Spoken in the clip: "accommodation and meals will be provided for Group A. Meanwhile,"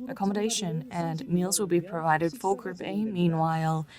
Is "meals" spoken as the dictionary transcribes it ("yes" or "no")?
yes